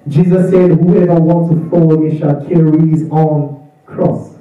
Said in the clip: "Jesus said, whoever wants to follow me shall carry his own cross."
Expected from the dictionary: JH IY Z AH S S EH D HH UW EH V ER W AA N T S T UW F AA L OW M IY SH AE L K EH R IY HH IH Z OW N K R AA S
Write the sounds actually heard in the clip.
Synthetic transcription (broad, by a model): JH IY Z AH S S EH D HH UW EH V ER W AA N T T UW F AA N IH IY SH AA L K EH R IY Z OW N K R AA S